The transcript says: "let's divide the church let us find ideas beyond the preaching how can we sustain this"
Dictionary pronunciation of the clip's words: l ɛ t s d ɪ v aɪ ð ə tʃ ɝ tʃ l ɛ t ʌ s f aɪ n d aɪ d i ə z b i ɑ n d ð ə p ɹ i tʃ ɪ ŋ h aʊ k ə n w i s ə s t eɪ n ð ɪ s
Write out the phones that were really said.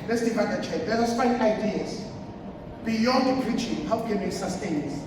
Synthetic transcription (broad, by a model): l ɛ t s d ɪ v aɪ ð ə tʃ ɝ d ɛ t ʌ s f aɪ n aɪ d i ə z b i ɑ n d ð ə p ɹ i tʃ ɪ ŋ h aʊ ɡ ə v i s ə s t eɪ n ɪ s